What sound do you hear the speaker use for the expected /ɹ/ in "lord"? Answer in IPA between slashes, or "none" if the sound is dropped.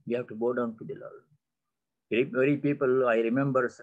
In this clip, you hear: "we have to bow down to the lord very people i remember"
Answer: /l/